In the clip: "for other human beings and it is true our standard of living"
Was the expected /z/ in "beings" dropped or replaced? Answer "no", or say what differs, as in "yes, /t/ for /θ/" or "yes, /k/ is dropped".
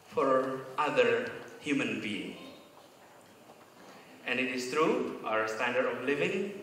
yes, /z/ is dropped